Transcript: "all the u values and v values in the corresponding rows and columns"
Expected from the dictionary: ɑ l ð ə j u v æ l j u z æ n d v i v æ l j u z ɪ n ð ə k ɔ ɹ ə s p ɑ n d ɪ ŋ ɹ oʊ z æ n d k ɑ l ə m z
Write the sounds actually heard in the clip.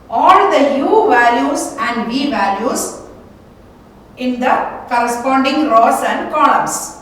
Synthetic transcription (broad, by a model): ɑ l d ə j u v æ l j u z æ n d v i v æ l j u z ɪ n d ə k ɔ ɹ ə s p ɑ n d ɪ ŋ ɹ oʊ s æ n d k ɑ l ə m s